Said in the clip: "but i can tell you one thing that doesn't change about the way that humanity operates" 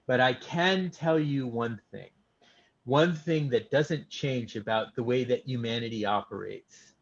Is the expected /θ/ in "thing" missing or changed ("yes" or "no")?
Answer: no